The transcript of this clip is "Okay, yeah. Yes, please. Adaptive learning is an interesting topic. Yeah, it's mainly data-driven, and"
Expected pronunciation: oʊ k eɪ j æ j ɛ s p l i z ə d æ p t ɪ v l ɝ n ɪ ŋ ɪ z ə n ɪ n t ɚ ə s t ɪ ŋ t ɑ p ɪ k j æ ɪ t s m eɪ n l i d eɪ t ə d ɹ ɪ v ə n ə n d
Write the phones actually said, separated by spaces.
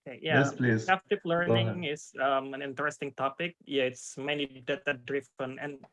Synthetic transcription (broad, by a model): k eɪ j æ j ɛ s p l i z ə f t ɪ p l ɝ n ɪ ŋ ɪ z ə n ɪ n t ɚ ə s t ɪ ŋ t ɑ p ɪ k j æ ɪ t s m eɪ n l i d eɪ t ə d ɹ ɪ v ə n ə n